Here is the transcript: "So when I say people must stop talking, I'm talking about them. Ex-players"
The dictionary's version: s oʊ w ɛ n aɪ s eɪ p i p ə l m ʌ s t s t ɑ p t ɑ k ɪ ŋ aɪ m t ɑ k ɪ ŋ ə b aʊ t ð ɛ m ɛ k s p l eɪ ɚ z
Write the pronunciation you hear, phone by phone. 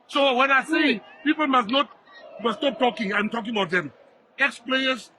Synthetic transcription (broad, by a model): s oʊ w ɛ n aɪ s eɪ p i p ə l m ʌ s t s t ɑ p t ɑ k ɪ ŋ aɪ m t ɑ k ɪ ŋ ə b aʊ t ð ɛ m ɛ k s p l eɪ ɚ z